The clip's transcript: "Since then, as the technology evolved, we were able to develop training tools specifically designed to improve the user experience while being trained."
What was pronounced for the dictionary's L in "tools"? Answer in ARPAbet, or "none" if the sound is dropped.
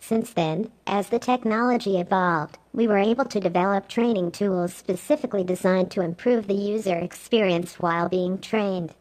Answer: L